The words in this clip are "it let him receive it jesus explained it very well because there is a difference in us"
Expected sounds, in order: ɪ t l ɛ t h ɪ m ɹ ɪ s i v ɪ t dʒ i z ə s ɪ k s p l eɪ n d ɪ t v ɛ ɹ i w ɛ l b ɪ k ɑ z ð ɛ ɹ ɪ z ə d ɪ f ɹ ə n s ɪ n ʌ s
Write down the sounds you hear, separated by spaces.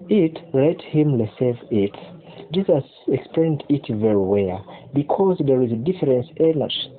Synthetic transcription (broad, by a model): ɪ t l ɛ t h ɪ m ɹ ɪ s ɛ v ɪ t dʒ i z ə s ɪ k s p l eɪ n d ɪ t v ɛ ɹ i w ɛ l b ɪ k ɑ z ð ɛ ɹ ɪ z ə d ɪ f ɹ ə n s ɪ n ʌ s